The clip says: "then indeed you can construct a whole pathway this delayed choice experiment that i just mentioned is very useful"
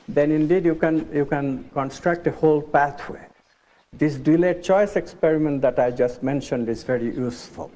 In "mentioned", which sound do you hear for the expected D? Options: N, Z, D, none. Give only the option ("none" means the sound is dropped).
D